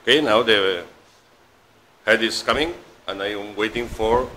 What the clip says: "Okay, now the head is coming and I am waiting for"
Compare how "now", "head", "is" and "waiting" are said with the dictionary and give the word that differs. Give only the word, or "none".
is